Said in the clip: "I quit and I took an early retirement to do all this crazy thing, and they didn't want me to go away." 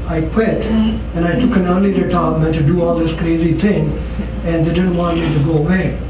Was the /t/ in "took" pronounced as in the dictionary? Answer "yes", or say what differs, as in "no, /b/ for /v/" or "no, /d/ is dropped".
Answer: yes